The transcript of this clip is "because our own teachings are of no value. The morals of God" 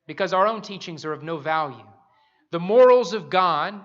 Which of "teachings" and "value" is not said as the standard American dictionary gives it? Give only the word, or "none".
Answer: none